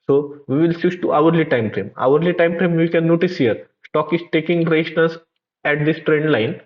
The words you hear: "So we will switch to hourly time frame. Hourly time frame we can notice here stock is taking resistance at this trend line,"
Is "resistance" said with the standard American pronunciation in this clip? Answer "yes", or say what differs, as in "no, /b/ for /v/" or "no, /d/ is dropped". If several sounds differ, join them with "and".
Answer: no, /l/ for /n/